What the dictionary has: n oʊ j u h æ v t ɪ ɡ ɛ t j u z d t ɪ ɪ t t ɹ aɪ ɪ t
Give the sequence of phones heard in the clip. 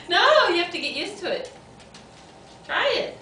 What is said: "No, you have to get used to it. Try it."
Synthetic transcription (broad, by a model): n oʊ j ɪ h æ f t ɪ ɡ ɛ t j u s t ɪ ɪ t t ɹ aɪ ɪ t